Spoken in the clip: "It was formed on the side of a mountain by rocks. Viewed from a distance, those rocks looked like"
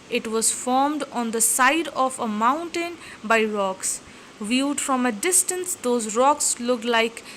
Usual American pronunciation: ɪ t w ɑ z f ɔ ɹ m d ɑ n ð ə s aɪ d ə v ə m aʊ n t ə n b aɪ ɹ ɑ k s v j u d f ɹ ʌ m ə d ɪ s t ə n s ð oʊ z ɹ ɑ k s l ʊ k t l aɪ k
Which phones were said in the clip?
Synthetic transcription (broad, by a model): ɪ t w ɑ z f ɔ ɹ m d ɑ n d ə s aɪ d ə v ə m aʊ n t ə n b aɪ ɹ ɑ k s v j u d f ɹ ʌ m ə d ɪ s t ə n s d oʊ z ɹ ɑ k s l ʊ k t l aɪ k